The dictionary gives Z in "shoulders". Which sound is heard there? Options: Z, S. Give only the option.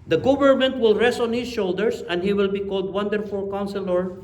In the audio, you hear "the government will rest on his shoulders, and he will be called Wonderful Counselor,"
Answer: S